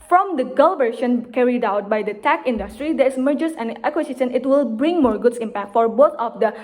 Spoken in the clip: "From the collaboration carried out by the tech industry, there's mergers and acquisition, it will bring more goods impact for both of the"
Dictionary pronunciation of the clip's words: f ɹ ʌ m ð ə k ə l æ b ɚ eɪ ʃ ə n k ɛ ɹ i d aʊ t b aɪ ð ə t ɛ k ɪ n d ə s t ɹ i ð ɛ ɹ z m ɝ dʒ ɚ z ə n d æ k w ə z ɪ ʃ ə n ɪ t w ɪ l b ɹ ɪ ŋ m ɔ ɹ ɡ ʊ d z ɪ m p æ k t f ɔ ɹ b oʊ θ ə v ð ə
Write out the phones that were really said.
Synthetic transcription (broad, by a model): f ɹ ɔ m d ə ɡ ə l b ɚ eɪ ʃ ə n k ɛ ɹ i d aʊ t b aɪ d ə t ɛ k ɪ n d ə s t ɹ i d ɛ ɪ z m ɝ dʒ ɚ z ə n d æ k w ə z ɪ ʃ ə n ɪ t w ɪ l b ɹ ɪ ŋ m ɔ ɹ ɡ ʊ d s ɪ m p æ k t f ɔ ɹ b oʊ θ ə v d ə